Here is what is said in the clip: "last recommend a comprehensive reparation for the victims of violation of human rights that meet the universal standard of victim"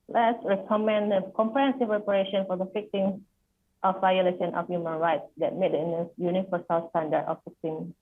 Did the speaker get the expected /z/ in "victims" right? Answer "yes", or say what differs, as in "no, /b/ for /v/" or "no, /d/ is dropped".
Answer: no, /s/ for /z/